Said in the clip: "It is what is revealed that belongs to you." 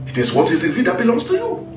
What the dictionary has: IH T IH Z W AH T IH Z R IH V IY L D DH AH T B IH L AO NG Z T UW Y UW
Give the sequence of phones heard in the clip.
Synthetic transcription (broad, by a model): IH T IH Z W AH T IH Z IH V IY D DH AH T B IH L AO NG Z T UW Y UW